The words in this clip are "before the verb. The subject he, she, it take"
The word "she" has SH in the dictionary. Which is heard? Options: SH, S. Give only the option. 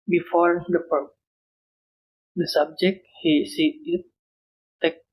S